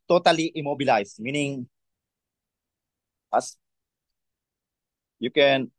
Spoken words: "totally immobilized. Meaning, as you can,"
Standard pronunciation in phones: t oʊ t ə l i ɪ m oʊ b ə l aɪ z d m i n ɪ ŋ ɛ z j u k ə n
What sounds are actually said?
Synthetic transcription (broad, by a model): t oʊ t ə l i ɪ m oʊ b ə l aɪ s m i n ɪ ŋ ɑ s j u k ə n